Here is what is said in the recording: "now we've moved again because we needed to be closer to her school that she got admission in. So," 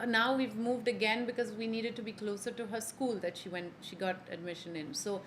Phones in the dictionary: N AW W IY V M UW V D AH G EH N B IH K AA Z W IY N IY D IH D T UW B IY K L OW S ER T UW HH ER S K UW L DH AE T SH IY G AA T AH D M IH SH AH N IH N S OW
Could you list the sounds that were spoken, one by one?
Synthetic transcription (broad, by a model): N AW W IY V M UW V D AH G EH N B IH K AA Z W IY N IY D IH D T UW B IY K L OW S ER T UW HH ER S K UW L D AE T SH IY G AA T AH D M IH SH AH N IH N S OW